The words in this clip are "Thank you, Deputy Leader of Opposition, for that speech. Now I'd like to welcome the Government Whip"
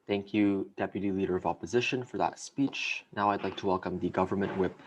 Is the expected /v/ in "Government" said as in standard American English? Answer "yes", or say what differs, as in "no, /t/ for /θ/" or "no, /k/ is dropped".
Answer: yes